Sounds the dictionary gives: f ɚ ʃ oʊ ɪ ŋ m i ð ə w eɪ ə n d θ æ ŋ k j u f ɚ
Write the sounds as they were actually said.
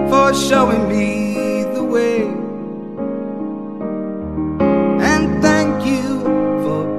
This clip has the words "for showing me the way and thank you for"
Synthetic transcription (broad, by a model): f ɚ ʃ oʊ ɪ ŋ m i ð ə w eɪ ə n θ æ ŋ k j u f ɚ